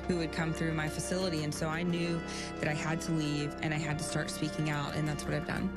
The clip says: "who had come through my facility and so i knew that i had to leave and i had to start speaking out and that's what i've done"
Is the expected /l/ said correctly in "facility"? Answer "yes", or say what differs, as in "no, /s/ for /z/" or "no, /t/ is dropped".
yes